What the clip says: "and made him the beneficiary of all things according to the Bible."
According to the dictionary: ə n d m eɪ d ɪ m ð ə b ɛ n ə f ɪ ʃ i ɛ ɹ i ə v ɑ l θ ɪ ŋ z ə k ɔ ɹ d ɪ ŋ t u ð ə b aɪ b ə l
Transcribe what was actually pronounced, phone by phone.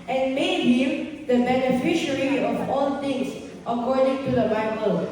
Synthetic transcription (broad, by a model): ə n m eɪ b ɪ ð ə b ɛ n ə f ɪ ʃ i ɹ i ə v ɑ l t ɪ ŋ s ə k ɔ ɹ d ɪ ŋ t u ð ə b aɪ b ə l